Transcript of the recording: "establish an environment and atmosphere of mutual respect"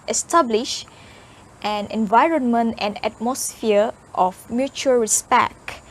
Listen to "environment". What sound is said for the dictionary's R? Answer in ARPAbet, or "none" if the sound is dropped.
R